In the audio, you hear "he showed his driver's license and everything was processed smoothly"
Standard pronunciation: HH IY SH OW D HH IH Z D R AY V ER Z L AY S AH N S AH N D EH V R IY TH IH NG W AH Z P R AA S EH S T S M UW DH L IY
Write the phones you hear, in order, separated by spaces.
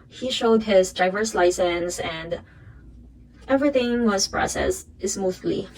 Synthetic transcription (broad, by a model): HH IY SH OW D HH IH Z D AY V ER S L AY S AH N S AH N D EH V R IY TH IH NG W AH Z P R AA S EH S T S M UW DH L IY